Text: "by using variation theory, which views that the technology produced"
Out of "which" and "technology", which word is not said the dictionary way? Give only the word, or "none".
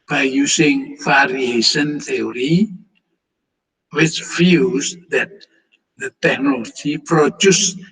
none